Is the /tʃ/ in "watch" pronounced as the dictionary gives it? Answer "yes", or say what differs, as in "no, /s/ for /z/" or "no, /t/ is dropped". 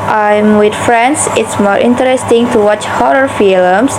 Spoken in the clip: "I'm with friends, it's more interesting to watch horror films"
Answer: yes